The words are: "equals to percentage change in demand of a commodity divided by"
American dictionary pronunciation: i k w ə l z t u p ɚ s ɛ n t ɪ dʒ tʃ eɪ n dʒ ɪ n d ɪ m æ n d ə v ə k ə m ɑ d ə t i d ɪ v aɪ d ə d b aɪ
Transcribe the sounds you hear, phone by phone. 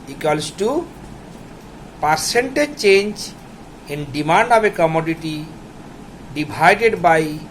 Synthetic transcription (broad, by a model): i k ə l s t u p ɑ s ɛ n t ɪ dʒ tʃ eɪ n dʒ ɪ n d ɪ m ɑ n d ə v ə k ə m ɑ d ə t i d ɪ b aɪ d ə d b aɪ